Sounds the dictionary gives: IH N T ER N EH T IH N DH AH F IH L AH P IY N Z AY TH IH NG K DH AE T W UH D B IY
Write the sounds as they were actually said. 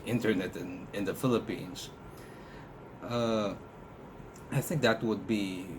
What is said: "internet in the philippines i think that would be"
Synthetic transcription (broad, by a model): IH N T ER N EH T IH N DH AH F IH L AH P IY N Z AY TH IH NG K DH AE T W UH D B IY